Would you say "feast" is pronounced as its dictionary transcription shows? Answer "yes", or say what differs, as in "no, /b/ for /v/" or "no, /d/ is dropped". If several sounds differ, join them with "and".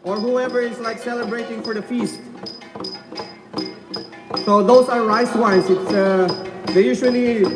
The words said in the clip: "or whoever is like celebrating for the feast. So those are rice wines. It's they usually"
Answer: yes